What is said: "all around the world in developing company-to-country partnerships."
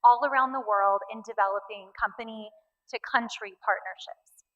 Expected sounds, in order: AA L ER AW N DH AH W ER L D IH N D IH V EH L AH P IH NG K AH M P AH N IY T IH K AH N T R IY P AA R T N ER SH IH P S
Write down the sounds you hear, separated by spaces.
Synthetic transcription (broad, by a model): AA L ER AW N DH AH W ER L D IH N D IH V EH L AH P IH NG K AH M P AH N IY T IH K AH N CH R IY P AA R T N ER SH IH P S